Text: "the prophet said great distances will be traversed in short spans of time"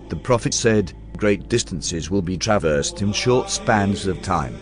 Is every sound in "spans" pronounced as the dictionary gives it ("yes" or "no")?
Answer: yes